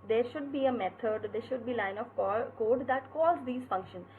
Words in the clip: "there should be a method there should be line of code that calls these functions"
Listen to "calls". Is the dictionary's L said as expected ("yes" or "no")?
no